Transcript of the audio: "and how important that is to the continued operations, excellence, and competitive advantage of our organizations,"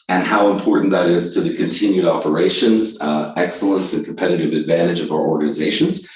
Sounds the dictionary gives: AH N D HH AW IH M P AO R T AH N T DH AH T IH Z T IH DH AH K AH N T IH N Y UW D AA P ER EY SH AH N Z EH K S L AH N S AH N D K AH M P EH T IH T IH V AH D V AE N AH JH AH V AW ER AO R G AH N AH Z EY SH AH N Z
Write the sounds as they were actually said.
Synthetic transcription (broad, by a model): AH N HH AW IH M P AO R T N DH AH T IH Z T IH DH AH K AH N T IH N Y UW D AA P ER EY SH AH N Z EH K S L AH N S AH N K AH M P EH T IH T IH V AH D V AE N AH JH AH V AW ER AO R G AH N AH Z EY SH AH N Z